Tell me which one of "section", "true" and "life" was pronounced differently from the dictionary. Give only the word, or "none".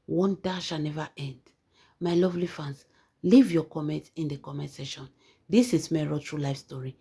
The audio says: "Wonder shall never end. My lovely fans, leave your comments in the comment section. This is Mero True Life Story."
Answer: section